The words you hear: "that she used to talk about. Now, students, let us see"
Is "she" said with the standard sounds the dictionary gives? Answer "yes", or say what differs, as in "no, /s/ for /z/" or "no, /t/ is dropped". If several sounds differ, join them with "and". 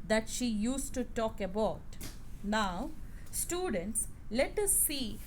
yes